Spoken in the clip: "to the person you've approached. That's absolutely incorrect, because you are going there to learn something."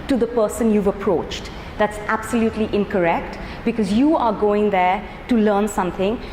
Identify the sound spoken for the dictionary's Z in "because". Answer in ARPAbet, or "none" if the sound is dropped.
Z